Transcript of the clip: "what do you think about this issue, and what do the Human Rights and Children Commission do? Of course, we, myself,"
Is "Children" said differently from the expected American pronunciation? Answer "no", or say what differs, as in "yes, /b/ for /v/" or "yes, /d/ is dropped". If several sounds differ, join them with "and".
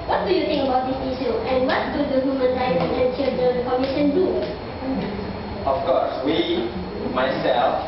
yes, /ɹ/ is dropped